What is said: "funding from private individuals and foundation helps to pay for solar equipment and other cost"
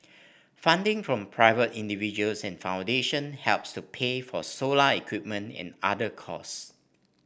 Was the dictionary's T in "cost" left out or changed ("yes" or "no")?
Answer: yes